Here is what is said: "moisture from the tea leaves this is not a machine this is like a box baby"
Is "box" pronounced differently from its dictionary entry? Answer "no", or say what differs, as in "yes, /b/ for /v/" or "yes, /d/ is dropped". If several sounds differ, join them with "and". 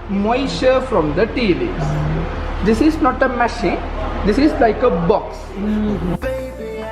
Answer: no